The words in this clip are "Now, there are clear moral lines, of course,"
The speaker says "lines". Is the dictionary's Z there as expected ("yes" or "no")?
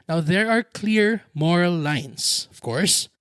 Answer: no